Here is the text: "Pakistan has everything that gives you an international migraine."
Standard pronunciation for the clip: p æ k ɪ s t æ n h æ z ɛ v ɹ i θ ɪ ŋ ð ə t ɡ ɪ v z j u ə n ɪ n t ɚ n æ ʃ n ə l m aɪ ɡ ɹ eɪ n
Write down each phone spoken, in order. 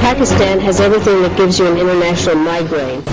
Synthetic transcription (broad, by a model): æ k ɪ s t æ n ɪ z ɛ v ɹ i θ ɪ ŋ ð ə t ɡ ɪ v z j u ə n ɪ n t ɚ n æ ʃ n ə l m aɪ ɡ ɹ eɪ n